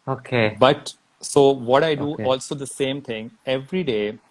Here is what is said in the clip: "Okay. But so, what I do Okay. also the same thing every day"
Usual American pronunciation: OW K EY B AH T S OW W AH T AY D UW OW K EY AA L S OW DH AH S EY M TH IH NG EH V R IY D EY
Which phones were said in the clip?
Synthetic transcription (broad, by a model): OW K EY B AH T S OW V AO T AY D UW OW AA L S OW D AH S EY M T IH NG EH V R IY D EY